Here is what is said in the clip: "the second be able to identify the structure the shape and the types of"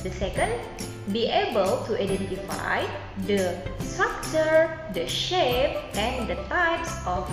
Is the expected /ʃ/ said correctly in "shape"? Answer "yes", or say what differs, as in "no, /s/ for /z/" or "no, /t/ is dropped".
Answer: yes